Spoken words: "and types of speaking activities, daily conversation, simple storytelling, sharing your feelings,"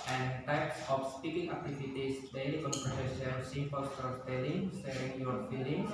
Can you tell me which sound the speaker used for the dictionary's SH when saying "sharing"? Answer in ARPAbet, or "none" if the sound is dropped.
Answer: S